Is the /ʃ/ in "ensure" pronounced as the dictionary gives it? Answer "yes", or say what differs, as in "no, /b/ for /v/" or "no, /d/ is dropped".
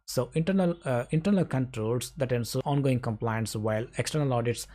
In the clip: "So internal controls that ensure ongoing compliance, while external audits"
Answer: no, /s/ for /ʃ/